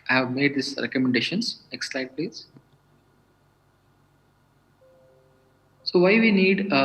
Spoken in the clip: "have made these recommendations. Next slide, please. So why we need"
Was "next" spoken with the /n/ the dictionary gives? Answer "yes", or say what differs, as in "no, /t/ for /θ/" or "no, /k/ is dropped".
yes